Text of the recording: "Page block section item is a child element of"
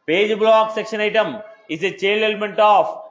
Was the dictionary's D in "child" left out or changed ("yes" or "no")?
yes